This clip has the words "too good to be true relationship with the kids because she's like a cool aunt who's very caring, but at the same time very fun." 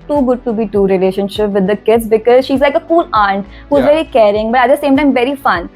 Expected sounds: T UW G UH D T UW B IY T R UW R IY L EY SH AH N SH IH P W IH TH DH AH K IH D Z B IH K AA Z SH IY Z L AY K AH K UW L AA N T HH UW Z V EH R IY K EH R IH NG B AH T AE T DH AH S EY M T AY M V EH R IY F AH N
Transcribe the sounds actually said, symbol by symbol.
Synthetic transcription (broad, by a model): T UW G UH D T UW B IY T UW R IY L EY SH AH N SH IH P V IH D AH K IH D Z B IH K AA Z SH IY Z L AY K AH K UW L AA N T HH UW Z V EH R IY K EH R IH NG B AH T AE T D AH S EY M T AY M V EH R IY F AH N